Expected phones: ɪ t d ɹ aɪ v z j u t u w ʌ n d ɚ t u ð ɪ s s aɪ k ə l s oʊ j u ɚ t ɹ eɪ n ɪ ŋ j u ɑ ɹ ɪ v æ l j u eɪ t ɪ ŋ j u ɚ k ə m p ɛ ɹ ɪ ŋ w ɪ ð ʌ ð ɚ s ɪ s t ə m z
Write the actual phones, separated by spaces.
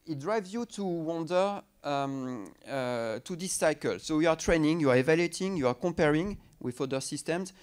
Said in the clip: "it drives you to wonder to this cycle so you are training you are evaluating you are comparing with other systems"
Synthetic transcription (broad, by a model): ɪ t d ɹ aɪ v z j u t u w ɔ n d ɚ t u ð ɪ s s aɪ k ə l s oʊ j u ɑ t ɹ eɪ n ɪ ŋ j u ɑ ɹ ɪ v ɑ l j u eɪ t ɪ ŋ j u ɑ k ə m p ɛ ɹ ɪ ŋ w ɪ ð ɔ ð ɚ s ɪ s t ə m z